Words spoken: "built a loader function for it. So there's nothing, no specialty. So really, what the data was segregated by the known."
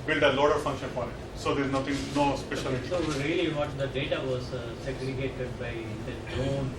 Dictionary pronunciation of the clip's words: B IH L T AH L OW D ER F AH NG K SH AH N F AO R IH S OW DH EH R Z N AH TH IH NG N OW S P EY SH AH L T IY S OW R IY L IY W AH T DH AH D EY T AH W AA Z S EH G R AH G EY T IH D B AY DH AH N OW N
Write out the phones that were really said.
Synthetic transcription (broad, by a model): B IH L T AH L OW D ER F AH NG K SH AH N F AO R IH S OW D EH R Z N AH T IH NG N OW S P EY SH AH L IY S OW R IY L IY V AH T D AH D EY T AH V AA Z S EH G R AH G EY T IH D B AY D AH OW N